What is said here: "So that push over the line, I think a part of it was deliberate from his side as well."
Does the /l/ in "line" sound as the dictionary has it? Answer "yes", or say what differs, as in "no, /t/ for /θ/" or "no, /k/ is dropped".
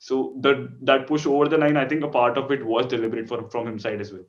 no, /n/ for /l/